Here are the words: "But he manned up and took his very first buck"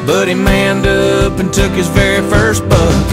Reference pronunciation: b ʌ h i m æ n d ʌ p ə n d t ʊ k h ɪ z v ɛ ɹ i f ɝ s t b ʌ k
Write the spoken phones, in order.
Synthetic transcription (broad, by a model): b ʌ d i m æ n d ʌ p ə n t ʊ k h ɪ z v ɛ ɹ i f ɝ s t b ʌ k